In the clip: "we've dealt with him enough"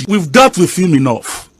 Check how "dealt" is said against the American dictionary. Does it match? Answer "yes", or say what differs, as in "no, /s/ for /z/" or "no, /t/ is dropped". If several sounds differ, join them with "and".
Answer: no, /l/ is dropped